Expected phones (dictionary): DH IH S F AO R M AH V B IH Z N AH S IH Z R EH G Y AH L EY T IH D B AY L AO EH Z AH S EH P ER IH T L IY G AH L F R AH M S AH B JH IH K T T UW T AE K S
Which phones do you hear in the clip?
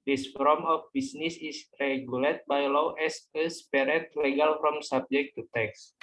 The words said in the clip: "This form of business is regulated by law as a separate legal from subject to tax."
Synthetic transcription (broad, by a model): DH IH S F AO M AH F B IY S N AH S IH S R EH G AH L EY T B AY L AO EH S AH S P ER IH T L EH G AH L F R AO M S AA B JH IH K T T UW T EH K S